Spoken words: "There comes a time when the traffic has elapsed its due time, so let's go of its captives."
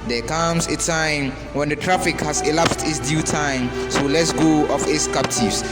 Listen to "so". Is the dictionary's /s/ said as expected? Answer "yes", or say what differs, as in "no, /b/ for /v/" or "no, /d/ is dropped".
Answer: yes